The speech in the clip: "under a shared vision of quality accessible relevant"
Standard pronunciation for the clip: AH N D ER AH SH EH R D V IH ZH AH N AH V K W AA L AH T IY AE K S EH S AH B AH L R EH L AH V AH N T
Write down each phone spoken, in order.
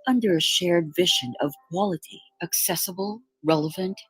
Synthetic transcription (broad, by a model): AH N D ER AH SH EH R D V IH ZH AH N AH V K W AA L AH T IY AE K S EH S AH B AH L R EH L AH V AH N T